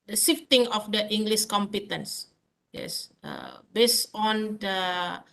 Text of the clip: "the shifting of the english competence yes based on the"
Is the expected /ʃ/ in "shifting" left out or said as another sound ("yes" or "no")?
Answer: yes